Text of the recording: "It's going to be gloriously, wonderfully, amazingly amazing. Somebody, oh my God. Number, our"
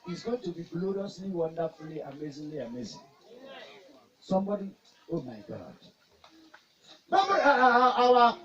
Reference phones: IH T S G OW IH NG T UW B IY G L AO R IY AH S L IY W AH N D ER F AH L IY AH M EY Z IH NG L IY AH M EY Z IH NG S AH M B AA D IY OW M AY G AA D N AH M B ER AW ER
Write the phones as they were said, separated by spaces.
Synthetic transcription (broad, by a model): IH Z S G OW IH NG T UW B IY G L AO R IY AH S L IY W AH N D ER F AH L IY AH M EY Z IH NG L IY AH M EY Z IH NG S AH M B AA D IY OW M AY G AA D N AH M ER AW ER